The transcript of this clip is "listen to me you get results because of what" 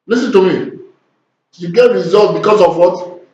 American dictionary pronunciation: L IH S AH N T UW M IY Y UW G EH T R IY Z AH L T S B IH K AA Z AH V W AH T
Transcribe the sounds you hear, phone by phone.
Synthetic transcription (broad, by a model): L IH S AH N T UW M IY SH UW G EH T R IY Z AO L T B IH K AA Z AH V W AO T